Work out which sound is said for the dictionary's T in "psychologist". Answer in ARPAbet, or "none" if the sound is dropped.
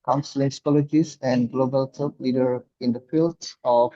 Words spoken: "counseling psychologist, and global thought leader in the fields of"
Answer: none